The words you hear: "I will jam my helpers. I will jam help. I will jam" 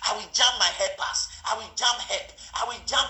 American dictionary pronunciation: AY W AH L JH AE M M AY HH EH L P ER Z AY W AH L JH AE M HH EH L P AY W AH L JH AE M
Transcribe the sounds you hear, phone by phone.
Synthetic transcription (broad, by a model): AY W AH L JH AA M M AY HH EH P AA S AY W AH L JH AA M HH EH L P AY W AH L JH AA M